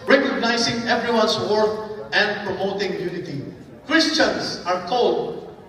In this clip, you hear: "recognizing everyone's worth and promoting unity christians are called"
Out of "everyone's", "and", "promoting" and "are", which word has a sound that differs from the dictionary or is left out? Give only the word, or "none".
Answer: everyone's